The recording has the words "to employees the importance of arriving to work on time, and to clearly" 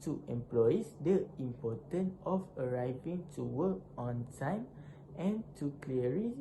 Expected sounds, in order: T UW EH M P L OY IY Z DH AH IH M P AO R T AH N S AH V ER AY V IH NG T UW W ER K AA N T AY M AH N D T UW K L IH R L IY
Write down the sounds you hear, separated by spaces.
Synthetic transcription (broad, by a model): T UW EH M P L OY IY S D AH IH M P AO T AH N AH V ER AY V IH NG T UW W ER K AA N T AY M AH N T UW K L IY R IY